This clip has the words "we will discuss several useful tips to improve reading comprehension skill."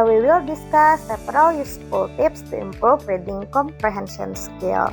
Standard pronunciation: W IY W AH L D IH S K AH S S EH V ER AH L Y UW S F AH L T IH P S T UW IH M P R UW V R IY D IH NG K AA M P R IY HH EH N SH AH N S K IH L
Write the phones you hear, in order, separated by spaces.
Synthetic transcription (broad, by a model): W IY W AH L D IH S K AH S S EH P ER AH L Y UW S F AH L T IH P S T UW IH M P R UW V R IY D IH NG K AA M P R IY HH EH N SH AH N S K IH L